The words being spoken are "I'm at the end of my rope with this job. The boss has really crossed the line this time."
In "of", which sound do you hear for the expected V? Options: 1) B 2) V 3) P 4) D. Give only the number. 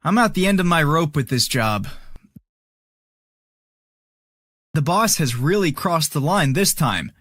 2